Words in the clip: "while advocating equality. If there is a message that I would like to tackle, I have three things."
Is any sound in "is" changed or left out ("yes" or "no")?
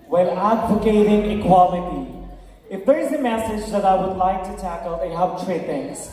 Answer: no